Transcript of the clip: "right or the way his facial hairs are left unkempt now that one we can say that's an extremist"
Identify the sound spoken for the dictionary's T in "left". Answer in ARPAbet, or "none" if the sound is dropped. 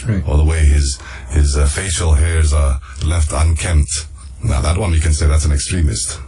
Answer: T